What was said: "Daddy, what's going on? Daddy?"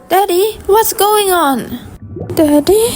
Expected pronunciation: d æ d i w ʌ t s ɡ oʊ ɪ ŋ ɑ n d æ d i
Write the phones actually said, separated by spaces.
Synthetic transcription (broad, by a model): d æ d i w ʌ t s ɡ oʊ ɪ ŋ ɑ n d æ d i